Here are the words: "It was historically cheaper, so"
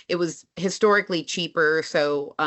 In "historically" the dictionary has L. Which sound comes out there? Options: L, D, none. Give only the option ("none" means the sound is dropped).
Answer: L